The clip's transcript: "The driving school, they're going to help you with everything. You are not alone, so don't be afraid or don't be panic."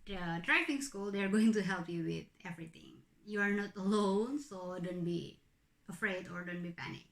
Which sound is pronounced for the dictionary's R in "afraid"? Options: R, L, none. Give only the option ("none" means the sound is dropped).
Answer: R